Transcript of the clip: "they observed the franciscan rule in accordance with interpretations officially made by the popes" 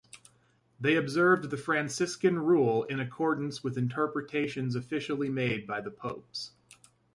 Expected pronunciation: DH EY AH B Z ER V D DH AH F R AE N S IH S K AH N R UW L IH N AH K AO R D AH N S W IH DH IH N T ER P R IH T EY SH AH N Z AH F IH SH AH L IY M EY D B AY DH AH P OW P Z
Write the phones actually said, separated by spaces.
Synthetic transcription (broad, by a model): DH EY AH B Z ER V DH AH F R AE N S IH S K AH N R UW L IH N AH K AO R D N S W IH DH IH N T ER P R IH T EY SH AH N Z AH F IH SH L IY M EY D B AY DH AH P OW P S